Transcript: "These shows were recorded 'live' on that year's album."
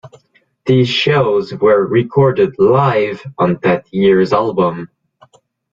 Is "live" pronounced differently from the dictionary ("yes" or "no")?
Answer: no